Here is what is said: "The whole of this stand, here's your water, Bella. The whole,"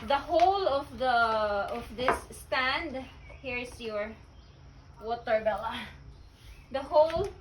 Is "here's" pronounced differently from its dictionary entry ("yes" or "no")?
yes